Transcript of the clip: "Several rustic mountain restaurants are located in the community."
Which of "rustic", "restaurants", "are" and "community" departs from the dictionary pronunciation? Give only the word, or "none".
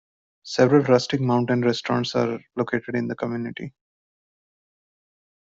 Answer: none